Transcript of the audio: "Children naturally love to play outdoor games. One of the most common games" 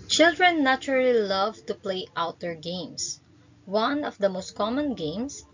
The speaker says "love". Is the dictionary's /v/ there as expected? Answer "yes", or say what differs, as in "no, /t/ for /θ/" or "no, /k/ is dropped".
yes